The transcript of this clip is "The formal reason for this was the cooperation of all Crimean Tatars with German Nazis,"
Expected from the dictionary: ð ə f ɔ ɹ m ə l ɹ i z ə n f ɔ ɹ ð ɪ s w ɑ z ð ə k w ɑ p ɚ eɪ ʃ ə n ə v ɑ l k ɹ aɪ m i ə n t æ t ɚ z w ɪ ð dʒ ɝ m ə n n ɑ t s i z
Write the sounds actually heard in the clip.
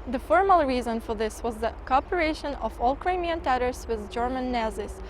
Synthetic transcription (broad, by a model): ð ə f ɔ ɹ m ə l ɹ i z ə n f ɔ ɹ ð ɪ s w ɑ z ð ə k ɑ p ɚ eɪ ʃ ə n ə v ɑ l k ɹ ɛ m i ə n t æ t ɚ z w ɪ ð dʒ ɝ m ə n n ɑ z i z